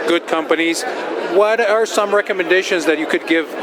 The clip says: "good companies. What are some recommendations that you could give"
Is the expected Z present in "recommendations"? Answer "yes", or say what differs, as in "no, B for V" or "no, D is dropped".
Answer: yes